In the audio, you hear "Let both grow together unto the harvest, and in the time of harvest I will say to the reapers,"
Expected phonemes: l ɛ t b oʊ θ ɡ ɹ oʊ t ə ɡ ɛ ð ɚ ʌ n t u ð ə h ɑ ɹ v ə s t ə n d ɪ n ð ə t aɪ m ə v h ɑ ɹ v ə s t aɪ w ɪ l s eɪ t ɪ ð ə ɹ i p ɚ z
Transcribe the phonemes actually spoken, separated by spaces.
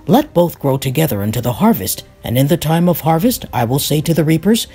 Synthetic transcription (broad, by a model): l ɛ t b oʊ θ ɡ ɹ oʊ t ə ɡ ɛ ð ɚ ʌ n t u ð ə h ɑ ɹ v ə s t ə n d ɪ n ð ə t aɪ m ə v h ɑ ɹ v ə s t aɪ w ɪ l s eɪ t ɪ ð ə ɹ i p ɚ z